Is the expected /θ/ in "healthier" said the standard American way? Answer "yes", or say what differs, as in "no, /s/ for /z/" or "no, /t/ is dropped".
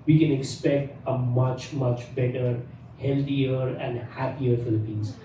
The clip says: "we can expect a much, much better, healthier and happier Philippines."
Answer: no, /t/ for /θ/